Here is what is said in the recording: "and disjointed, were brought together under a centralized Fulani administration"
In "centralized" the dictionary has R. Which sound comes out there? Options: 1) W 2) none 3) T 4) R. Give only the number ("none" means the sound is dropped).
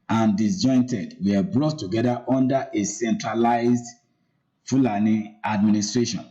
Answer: 4